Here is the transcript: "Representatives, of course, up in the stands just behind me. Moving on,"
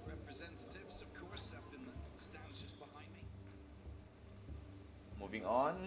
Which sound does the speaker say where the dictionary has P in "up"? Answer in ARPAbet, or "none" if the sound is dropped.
B